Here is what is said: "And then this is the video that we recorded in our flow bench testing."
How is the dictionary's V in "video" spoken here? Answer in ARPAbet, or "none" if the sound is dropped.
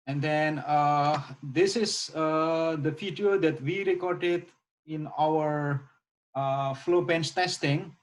F